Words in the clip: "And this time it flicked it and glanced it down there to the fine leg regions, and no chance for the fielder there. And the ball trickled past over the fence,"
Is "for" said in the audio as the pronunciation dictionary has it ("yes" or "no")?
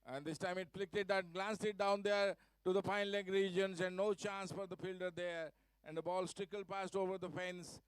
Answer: yes